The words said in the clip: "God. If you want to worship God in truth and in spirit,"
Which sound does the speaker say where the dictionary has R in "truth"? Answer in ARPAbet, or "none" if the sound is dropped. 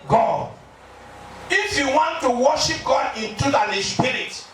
none